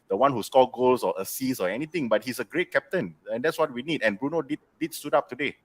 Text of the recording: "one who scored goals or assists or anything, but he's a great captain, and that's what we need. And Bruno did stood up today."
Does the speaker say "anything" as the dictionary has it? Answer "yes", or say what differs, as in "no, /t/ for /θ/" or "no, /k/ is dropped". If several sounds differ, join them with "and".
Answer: no, /t/ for /θ/